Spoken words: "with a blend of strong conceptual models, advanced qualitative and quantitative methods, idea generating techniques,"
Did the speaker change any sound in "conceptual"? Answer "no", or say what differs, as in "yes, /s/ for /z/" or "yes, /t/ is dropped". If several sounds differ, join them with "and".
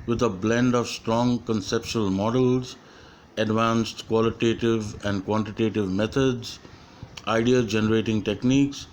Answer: yes, /ʃ/ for /tʃ/